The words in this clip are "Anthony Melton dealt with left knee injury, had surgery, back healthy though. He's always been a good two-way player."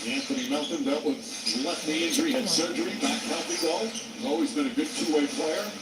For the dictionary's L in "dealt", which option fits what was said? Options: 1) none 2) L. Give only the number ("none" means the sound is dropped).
1